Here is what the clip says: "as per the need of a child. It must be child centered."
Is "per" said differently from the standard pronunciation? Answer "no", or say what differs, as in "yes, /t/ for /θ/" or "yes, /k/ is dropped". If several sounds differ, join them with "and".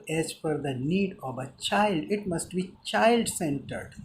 yes, /f/ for /p/